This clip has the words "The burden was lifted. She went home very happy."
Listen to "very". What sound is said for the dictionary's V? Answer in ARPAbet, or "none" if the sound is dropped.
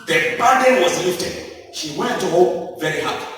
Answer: V